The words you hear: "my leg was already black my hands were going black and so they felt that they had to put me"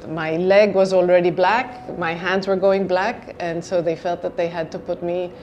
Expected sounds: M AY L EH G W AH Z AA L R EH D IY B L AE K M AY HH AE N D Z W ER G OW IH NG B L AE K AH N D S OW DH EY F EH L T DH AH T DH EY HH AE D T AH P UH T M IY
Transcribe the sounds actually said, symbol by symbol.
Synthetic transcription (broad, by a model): M AY L EH G W AH Z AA L R EH D IY B L AE K M AY HH AE N D Z W ER G OW IH NG B L AE K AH N S OW DH EY F EH L T DH AH T DH EY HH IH D T AH P UH T M IY